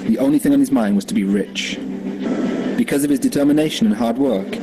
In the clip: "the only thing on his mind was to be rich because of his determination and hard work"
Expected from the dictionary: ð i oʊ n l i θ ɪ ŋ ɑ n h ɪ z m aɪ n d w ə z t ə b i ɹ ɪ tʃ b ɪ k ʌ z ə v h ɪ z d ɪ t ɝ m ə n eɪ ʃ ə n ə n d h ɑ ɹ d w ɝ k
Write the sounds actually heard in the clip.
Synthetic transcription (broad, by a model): ð i oʊ n l i θ ɪ ŋ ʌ n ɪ z m aɪ n d w ə z t ə b i ɹ ɪ tʃ b ɪ k ʌ z ə v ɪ z d ɪ t ɝ m ə n eɪ ʃ ə n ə n h ɑ ɹ d w ɝ k